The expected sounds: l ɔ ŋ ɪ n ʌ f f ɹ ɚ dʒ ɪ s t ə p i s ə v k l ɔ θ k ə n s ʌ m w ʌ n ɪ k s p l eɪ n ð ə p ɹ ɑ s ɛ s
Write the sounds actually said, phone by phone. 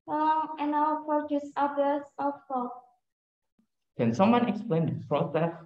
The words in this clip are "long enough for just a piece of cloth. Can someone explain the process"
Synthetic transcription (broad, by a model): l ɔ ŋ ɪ n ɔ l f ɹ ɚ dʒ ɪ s ə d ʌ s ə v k ɔ k ə n s ʌ m w ʌ n ɪ k s p l eɪ n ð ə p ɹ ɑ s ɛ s